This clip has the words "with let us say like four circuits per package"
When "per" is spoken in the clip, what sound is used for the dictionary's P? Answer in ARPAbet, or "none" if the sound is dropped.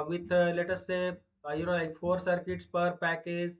P